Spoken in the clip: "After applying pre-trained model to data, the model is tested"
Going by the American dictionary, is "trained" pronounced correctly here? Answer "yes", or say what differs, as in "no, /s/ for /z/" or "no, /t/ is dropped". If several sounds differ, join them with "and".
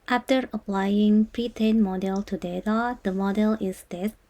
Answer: no, /ɹ/ is dropped